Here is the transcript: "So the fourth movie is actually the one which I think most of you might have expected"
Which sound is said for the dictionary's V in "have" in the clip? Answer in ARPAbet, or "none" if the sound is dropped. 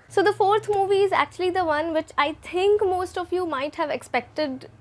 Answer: V